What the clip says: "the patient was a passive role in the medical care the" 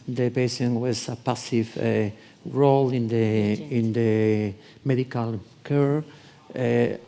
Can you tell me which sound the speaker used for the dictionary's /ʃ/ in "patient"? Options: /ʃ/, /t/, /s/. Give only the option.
/s/